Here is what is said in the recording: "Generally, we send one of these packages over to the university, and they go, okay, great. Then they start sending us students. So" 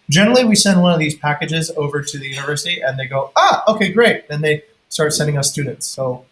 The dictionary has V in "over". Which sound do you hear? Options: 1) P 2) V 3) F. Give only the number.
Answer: 2